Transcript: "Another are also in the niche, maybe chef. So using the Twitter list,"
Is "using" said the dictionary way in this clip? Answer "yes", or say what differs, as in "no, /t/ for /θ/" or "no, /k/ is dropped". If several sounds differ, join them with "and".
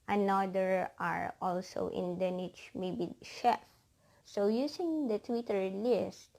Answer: no, /s/ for /z/